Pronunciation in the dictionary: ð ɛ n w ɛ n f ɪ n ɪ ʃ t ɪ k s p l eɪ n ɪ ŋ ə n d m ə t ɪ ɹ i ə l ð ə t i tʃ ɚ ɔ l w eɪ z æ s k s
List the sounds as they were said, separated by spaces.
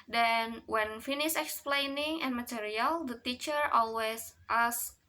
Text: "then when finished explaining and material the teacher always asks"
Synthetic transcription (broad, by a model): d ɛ n w ɛ n f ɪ n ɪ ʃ ɪ k s p l eɪ n ɪ ŋ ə n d m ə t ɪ ɹ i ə l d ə t i tʃ ɚ ɔ l w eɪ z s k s